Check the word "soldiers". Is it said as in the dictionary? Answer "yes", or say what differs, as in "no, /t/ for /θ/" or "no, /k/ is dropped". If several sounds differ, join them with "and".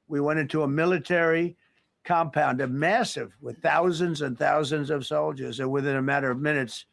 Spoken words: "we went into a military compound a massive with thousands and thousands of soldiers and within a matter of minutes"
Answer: yes